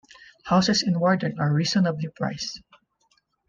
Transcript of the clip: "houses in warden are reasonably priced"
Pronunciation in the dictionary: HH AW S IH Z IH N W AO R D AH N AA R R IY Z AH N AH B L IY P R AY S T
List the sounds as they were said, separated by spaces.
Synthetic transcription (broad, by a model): HH AW S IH S IH N W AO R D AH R AA R R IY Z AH N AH B L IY P R AY S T